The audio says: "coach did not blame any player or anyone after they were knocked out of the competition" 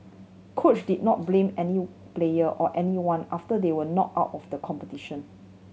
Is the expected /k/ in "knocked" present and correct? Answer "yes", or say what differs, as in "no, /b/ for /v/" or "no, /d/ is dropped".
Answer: no, /k/ is dropped